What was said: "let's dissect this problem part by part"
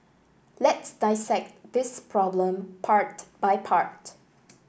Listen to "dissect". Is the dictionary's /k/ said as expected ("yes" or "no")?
yes